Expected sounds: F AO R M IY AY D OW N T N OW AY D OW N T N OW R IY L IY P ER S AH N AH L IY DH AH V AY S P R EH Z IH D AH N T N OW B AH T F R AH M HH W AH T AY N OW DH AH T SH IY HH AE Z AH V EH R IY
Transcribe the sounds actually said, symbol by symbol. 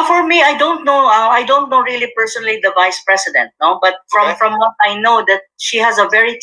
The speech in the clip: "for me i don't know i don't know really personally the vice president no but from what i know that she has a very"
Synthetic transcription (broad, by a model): F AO R M IY AY D OW N T N OW AY D OW N T N OW R IY L IY P ER S AH N AH L IY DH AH V AY S P R EH S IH D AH N T N OW B AH T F R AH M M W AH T AY N OW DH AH T SH IY HH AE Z AH V EH R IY